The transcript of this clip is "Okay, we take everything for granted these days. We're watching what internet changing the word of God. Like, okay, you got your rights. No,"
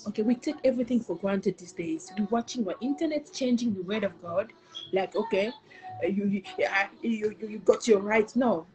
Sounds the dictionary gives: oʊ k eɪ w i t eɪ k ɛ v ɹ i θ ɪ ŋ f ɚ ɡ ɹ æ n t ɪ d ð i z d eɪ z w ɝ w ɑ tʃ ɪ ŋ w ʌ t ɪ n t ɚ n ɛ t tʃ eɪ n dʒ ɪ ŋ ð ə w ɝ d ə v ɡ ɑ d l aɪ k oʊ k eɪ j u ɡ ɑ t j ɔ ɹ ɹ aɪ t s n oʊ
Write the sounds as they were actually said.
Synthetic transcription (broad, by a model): oʊ k eɪ w i t eɪ k ɛ v ɹ i θ ɪ ŋ f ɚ ɡ ɹ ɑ n t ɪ d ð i s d eɪ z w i w ɑ tʃ ɪ ŋ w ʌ t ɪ n t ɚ n ɛ t tʃ eɪ n dʒ ɪ ŋ ð ə w ɝ d ə v ɡ ɑ d l aɪ k oʊ k eɪ j u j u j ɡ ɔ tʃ ɹ aɪ t n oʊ